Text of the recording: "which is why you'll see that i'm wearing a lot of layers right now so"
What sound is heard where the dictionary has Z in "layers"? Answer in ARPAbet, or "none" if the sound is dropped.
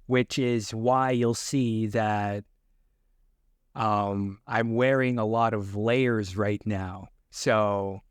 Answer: Z